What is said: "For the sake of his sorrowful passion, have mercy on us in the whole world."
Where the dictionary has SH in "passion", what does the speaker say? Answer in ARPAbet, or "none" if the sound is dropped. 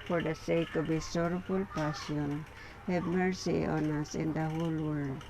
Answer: S